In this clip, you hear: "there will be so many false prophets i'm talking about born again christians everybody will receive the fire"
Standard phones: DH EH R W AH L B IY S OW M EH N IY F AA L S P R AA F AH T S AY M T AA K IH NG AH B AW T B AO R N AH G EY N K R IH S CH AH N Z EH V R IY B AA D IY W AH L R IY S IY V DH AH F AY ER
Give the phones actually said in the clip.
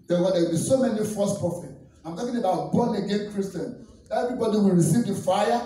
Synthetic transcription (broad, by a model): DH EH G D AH W B IY S OW M EH N IY F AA S P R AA F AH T AY M T AA K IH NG AH B AW T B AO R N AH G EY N K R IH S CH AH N EH V R IY B AA D IY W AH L R IY S IY V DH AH F AY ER